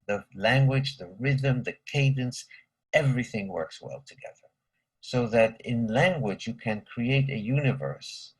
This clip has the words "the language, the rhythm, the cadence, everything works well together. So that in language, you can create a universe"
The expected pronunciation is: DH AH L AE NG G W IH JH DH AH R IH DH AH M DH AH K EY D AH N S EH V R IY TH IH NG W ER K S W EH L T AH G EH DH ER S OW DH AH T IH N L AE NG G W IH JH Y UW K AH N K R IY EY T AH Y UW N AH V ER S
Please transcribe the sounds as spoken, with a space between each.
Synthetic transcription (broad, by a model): DH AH L AE NG G W IH JH DH AH R IH DH AH M DH AH K EY D AH N S EH V R IY TH IH NG W ER K S W EH L T AH G EH DH ER S OW DH AH T IH N L AE NG G W IH JH Y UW K AH N K R IY EY T AH Y UW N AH V ER S